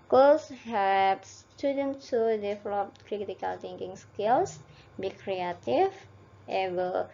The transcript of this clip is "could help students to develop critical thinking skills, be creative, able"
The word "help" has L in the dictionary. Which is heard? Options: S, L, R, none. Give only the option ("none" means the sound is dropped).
none